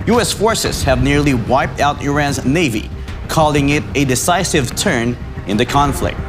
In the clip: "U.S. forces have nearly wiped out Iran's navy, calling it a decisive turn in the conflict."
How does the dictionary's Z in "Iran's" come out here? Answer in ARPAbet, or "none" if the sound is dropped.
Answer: Z